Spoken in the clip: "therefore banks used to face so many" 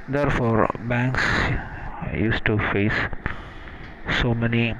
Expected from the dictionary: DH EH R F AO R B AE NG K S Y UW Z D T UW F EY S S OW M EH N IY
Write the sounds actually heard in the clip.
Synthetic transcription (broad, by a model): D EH R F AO R B AE NG K S Y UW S T UW F EY S S OW M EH N IY